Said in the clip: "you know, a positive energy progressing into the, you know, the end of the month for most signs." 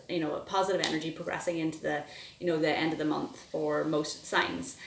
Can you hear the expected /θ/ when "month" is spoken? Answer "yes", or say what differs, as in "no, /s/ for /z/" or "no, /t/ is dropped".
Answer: yes